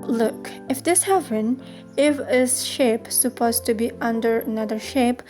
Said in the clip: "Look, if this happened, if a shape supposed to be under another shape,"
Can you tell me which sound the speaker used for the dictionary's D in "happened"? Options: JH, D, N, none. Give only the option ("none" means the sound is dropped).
none